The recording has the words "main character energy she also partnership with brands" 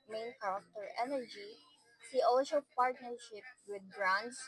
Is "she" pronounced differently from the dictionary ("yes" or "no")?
yes